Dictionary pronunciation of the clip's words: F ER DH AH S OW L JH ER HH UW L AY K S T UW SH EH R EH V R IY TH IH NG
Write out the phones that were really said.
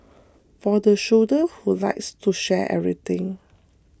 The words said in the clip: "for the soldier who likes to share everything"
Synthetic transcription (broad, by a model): F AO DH AH SH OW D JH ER HH UW L AY K S T UW SH EH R EH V R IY T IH NG